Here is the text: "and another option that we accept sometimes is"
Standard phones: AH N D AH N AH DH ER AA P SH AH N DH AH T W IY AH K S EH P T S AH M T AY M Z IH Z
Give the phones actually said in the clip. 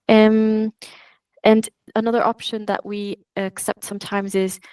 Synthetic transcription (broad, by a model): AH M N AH N AH DH ER AA P SH AH N DH AH T W IY AH K S EH P T S AH M T AY M Z IH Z